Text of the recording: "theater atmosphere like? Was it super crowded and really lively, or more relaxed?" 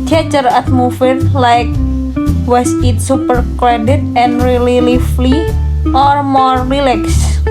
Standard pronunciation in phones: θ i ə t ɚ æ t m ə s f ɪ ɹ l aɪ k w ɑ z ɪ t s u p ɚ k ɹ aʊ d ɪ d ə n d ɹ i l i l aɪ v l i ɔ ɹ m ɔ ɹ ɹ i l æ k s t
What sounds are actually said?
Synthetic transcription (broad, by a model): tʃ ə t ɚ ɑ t m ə f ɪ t l aɪ k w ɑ s ɪ t s u p ɚ k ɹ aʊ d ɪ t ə n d ɹ i l i l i f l i ɔ ɹ m ɔ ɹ ɹ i l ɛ k s